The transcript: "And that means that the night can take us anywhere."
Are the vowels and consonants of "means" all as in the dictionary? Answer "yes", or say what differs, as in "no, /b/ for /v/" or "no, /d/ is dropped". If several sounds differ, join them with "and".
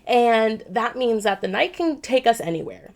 yes